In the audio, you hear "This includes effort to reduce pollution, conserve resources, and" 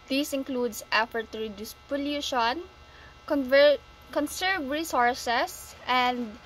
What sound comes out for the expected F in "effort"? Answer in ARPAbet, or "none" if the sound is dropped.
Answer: F